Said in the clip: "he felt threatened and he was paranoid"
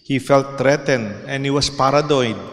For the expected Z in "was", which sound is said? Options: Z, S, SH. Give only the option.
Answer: S